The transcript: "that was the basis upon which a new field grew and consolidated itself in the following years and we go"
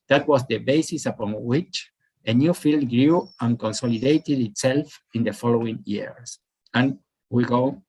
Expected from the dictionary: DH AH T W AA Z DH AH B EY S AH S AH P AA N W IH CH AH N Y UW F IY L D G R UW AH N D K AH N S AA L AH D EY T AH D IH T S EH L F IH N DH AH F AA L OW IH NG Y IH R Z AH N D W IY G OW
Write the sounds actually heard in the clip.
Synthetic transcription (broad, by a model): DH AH T W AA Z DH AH B EY S AH S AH P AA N W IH CH AH N Y UW F IY L D G R UW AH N K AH N S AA L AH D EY T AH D IH T S EH L F IH N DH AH F AA L OW IH NG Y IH R S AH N W IY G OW